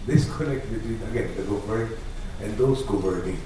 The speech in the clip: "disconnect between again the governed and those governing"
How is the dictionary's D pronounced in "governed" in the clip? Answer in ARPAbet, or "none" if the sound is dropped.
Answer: none